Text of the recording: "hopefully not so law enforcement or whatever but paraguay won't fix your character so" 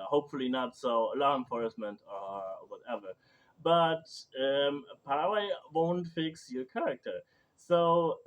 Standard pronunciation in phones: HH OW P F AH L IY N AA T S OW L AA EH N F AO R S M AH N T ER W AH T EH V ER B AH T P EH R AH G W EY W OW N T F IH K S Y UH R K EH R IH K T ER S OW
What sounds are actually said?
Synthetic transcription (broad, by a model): HH OW P F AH L IY N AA T S OW L AA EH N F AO R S M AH N T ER W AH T EH V ER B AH T P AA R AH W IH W OW N T F IH K S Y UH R K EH R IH K T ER S OW